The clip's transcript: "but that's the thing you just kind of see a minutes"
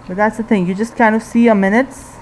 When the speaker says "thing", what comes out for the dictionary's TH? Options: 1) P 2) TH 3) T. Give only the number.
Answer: 2